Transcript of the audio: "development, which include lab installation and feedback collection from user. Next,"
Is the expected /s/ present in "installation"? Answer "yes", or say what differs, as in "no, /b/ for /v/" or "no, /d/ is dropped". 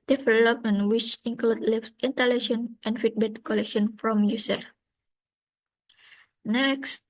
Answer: no, /s/ is dropped